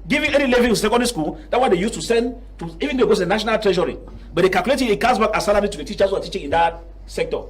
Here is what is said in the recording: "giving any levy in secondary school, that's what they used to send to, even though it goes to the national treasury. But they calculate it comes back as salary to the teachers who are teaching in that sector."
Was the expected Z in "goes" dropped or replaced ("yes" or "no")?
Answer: yes